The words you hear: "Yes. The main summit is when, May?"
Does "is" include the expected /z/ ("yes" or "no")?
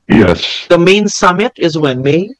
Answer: yes